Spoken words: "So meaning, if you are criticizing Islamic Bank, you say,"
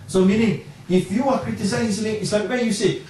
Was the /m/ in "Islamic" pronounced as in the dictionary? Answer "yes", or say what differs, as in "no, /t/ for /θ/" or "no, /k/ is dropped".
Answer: no, /m/ is dropped